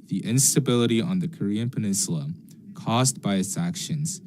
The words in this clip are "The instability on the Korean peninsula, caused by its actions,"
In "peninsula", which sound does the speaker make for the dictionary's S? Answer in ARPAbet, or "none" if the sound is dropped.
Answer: S